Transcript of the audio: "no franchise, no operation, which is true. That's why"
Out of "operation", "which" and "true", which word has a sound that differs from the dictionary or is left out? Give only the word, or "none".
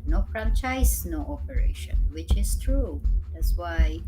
none